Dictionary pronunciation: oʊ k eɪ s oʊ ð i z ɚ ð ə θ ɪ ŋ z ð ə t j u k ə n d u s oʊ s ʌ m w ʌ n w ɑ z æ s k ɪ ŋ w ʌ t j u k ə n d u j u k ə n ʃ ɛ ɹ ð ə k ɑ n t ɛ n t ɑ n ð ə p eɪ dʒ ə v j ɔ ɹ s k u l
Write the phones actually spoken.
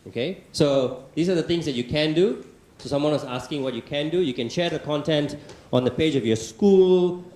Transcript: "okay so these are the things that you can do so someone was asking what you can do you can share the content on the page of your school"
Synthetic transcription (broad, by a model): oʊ k eɪ s oʊ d i s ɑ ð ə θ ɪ ŋ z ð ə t j u k ə n d u s oʊ s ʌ m w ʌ n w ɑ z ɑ s k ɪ ŋ w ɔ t j u k ə n d u j u k ə n ʃ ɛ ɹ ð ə k ɑ n t ɛ n t ɑ n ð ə p eɪ dʒ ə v j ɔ s k u l